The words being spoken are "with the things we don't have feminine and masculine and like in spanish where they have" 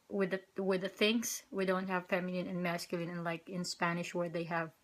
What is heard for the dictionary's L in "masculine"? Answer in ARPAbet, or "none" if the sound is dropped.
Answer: L